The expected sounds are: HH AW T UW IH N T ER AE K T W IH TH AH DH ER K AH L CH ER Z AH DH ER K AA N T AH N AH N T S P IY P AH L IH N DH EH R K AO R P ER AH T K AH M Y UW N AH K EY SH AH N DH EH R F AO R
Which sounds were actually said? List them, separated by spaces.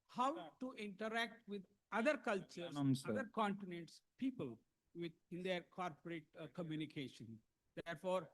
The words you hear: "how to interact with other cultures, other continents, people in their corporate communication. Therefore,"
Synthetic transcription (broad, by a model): HH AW T UW IH N T ER AE K T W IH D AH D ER K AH L CH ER AH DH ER K AA N T AH N AH N T S P IY P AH L IH N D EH R K AO R P ER AH T K AH M Y UW N AH K EY SH AH N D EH R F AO R